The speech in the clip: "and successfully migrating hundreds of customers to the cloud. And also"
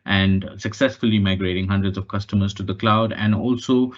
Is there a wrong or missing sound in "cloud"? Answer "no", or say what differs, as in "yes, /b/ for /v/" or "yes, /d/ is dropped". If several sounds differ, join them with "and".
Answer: no